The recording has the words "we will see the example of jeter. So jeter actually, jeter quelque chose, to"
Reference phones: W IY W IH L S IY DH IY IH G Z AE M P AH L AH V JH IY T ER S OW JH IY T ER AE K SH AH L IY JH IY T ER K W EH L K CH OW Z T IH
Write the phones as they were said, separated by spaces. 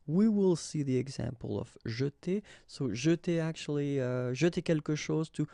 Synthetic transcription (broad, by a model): W IY W IH L S IY DH IY IH G Z AE M P AH L AH V ZH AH T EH S OW ZH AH T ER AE K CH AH L IY ZH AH T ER K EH L K SH OW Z T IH